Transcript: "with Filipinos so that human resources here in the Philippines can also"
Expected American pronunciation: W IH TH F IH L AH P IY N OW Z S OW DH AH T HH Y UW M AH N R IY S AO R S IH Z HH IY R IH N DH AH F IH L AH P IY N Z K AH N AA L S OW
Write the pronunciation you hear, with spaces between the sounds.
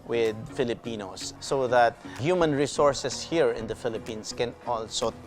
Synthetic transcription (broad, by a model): W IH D F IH L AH P IY N OW S OW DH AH T HH Y UW M AH N R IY S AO R S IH S HH IY R IH N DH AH F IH L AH P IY N S K AH N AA L S OW